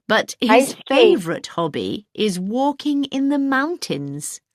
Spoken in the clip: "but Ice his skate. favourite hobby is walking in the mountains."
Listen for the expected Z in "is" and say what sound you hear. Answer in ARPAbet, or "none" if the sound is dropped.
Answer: Z